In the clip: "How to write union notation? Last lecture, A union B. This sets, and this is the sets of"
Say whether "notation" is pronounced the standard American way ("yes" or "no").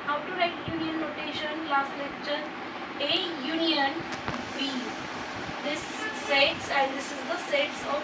yes